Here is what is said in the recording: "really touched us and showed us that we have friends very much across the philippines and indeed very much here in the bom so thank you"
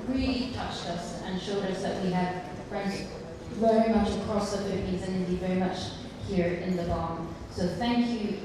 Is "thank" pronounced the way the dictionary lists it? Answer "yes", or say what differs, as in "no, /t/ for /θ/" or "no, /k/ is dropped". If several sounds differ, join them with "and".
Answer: yes